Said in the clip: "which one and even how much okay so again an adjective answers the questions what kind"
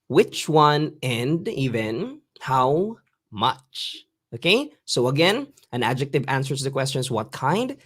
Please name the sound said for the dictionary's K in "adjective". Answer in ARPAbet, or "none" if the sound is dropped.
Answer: K